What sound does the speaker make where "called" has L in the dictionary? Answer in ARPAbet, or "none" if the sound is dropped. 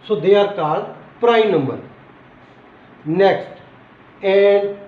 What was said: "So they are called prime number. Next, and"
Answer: none